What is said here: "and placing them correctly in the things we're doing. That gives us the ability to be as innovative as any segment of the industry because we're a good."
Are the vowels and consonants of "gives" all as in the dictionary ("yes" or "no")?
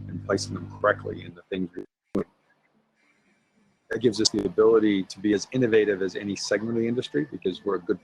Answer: yes